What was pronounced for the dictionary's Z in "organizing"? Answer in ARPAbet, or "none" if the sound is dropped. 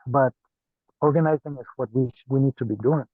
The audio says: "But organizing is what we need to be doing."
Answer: Z